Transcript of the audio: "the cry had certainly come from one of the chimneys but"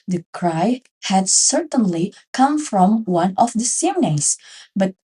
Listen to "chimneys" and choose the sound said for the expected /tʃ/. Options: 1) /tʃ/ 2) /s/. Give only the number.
2